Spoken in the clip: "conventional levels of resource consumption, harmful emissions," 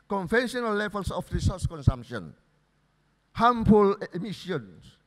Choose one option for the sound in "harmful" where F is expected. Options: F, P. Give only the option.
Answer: P